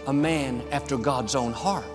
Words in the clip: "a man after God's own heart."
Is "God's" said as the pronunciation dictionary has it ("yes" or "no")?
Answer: yes